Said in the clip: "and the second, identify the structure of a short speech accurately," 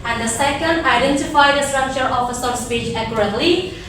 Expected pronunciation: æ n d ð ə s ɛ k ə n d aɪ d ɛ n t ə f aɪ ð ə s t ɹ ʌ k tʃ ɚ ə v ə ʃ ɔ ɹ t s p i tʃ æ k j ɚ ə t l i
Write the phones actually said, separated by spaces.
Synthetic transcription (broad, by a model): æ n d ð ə s ɛ k ə n d aɪ d ɛ n t ə f aɪ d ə s t ɹ ʌ k tʃ ɚ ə f ə s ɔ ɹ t s p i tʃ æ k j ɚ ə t l i